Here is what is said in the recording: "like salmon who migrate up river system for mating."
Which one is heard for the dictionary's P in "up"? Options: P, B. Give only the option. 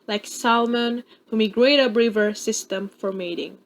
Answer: B